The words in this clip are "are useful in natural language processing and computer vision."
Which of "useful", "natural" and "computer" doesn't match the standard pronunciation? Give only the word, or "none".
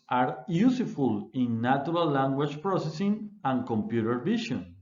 natural